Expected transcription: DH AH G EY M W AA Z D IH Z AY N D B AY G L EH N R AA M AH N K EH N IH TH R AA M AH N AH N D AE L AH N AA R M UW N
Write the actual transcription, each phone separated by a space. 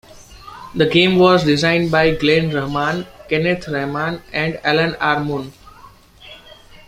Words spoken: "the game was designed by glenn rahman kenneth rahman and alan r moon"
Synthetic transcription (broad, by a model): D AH G EY M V AA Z D IH Z AY N D B AY G L EH N R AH M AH N K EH N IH T R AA M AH N AH N D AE L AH N AA R M UW N